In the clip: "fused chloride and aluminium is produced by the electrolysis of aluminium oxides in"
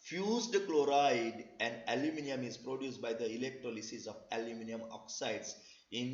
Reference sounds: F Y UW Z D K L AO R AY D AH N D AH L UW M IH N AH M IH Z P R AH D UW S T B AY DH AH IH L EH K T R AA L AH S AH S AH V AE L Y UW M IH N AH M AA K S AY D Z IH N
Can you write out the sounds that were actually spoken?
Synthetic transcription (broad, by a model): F Y UW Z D K L AO R AY D AH N D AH L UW M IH N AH M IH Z P R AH D UW S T B AY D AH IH L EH K T R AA L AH S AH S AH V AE L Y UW M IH N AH M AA K S AY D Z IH N